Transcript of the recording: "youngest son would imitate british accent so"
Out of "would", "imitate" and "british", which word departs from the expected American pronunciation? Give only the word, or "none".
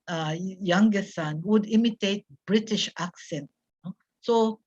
none